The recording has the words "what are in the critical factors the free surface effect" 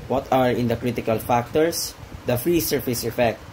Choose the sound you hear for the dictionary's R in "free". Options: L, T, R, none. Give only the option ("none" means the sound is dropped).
R